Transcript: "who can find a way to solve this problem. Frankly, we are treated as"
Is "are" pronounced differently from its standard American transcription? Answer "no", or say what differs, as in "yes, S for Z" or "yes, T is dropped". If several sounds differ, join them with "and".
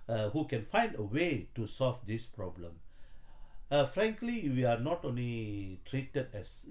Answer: yes, L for R